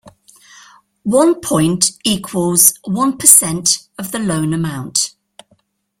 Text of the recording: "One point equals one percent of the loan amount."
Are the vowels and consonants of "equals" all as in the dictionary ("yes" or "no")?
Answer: yes